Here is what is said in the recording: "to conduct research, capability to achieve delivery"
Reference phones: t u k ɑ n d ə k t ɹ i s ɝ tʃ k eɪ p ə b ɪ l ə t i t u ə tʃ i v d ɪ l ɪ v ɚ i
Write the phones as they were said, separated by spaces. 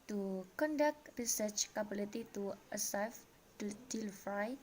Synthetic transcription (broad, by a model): t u k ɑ n d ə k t ɹ i s ɝ tʃ k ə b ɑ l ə t i t u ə s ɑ f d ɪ l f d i